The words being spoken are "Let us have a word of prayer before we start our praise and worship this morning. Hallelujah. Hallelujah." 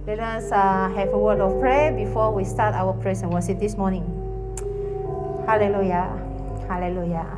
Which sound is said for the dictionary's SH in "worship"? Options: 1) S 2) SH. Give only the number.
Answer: 1